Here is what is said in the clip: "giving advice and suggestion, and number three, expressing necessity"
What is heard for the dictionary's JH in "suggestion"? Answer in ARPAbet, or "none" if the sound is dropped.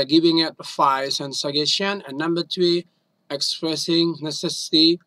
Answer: none